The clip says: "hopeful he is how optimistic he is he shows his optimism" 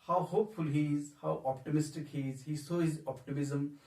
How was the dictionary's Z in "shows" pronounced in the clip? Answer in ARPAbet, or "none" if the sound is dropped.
none